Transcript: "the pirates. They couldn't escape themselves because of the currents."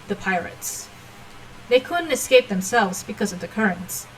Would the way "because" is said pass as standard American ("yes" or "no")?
yes